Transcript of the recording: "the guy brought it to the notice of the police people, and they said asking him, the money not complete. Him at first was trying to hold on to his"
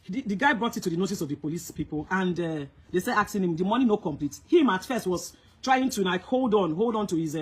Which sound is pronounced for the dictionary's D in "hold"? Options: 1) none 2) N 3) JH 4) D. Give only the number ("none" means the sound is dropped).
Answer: 4